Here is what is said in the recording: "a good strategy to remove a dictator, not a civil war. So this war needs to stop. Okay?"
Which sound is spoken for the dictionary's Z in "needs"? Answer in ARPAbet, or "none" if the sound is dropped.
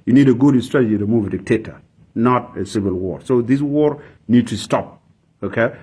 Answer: none